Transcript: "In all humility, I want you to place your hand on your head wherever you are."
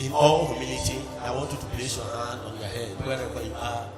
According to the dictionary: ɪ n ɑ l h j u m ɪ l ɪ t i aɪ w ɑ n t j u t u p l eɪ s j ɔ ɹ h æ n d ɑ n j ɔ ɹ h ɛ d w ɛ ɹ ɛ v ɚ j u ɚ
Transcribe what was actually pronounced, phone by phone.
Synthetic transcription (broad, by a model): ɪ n ɑ l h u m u n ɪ t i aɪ w ɑ n t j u t u p l eɪ s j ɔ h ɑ n d ɑ n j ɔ h ɛ d w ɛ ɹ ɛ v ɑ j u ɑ